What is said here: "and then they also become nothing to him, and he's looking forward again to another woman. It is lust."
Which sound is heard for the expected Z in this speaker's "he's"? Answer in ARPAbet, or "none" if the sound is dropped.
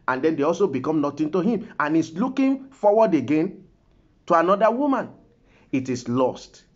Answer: S